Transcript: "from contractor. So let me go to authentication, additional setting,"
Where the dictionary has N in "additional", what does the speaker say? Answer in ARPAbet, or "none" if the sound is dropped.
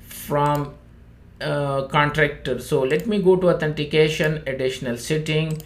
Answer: N